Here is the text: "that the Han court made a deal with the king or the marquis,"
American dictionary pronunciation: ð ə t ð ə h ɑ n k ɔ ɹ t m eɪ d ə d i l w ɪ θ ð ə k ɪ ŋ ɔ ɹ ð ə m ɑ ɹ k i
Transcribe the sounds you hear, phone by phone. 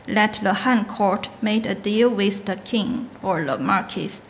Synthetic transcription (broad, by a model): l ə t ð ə h ɑ n k ɔ ɹ t m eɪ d ə d i l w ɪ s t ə k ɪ ŋ ɔ ɹ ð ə m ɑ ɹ k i